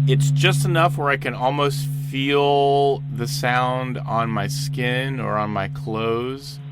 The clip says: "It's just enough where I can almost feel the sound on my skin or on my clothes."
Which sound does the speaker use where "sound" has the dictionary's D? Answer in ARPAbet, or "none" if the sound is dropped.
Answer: D